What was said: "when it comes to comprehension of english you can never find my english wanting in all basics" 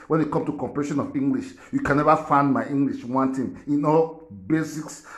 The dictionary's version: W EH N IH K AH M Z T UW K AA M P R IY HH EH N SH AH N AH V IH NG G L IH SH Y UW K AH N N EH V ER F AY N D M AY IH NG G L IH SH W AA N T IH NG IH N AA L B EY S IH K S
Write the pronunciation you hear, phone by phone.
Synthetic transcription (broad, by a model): W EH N IH K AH M T UW K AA M P IY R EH SH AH N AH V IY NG G L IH SH Y UW K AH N N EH V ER F AY N D M AY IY NG G L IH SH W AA N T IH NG IH N AA L B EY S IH K S